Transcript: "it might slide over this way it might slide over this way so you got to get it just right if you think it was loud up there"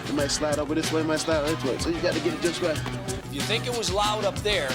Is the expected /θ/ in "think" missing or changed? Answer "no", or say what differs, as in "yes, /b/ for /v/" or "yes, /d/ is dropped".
no